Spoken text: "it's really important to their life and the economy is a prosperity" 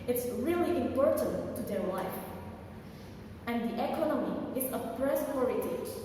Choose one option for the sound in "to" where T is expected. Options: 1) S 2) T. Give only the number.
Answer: 2